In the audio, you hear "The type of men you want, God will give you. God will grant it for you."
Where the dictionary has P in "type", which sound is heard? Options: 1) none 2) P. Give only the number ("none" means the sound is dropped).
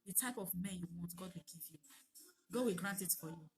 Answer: 2